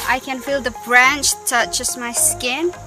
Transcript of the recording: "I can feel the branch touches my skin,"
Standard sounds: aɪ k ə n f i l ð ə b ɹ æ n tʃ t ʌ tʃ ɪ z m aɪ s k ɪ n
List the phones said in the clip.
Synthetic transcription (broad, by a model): aɪ k ə n f i l ð ə b ɹ æ n tʃ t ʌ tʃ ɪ s m aɪ s k ɪ n